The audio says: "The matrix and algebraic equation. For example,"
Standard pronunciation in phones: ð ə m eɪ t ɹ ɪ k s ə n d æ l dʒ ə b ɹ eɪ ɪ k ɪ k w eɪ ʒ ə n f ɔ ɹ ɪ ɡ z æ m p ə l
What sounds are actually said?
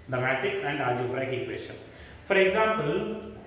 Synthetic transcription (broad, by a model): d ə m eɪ t ɪ k s ə n d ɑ dʒ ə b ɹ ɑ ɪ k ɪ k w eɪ ʃ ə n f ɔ ɹ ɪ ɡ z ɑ m p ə l